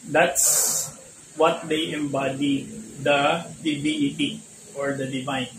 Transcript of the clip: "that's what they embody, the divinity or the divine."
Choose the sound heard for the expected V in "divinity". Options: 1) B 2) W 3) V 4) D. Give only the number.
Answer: 1